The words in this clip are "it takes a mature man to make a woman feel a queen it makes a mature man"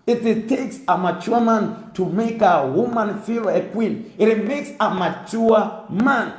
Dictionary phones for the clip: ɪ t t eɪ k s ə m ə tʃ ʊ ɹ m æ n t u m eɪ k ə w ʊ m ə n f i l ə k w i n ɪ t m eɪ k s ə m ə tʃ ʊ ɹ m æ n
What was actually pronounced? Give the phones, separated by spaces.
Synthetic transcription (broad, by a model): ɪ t t eɪ k s ə m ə tʃ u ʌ m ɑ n t u m eɪ k ə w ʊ m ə n f i l ə k w i n ɪ t m eɪ k s ə m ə tʃ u m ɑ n